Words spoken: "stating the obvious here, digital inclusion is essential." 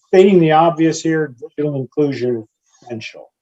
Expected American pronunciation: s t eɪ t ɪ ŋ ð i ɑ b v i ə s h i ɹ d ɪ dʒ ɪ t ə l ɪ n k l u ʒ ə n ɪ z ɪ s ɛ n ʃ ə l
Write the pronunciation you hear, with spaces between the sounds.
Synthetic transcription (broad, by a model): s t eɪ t ɪ ŋ ð i ɑ b v i ə s h i ɹ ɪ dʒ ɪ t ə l ɪ n k l u ʒ ə n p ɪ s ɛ n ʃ l